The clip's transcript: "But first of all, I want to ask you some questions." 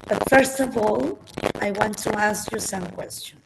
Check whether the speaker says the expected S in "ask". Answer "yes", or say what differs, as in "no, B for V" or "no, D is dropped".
yes